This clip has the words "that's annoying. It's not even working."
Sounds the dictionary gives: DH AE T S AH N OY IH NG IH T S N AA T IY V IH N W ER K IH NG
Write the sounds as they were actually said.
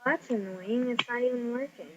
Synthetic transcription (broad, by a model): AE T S AH N OY IH NG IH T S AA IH IH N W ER K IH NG